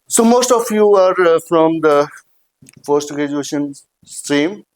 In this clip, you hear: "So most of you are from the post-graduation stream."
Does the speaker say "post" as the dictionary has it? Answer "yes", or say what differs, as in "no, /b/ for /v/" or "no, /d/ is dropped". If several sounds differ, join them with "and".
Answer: no, /f/ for /p/